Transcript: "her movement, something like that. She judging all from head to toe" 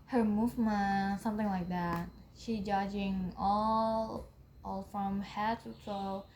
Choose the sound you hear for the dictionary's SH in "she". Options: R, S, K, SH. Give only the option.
SH